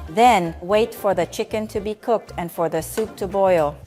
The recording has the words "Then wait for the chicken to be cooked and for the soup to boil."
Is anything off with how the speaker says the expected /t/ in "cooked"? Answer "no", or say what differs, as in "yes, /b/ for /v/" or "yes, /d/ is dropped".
no